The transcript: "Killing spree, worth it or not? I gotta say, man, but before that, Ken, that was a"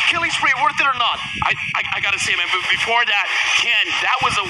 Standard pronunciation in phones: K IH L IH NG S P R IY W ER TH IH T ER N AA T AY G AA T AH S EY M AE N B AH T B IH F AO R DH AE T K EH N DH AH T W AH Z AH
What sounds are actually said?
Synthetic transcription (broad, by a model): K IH L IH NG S R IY W ER TH IH T ER N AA T AY G AA T AH S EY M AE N B AH T B IH F AO R DH AE T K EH N DH AH T W AH Z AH